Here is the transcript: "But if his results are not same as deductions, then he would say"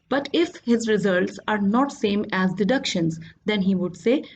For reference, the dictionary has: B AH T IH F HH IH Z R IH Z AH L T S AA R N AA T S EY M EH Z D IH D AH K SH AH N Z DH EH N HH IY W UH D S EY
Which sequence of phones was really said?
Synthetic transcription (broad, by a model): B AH T IH F HH IH Z R IH Z AH L T S AA R N AA T S EY M EH Z D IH D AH K SH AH N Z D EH N HH IY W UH D S EY